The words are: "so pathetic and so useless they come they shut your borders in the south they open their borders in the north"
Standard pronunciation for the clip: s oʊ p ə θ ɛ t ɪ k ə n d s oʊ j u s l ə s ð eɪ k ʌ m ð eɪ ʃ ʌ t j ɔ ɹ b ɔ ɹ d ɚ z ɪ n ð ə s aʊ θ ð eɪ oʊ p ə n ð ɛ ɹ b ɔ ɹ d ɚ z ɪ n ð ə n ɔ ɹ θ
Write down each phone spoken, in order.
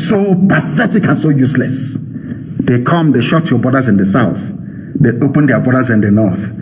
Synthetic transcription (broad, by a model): s oʊ p ə θ ɛ t ɪ k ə n s oʊ j u s l ə s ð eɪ k ʌ m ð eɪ ʃ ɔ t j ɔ b ɔ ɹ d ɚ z ɪ n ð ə s aʊ θ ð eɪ oʊ p ə n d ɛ b ɔ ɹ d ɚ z ɪ n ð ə n ɔ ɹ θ